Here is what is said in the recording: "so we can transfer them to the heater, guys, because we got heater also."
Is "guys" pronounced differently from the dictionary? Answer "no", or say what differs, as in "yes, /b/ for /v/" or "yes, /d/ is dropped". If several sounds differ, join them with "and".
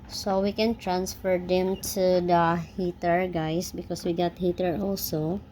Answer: yes, /s/ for /z/